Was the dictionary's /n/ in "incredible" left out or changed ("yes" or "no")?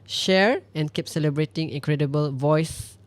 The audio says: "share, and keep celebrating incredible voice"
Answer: yes